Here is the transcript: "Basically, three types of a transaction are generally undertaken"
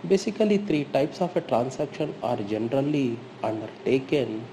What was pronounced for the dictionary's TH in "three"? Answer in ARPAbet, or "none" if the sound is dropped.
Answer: T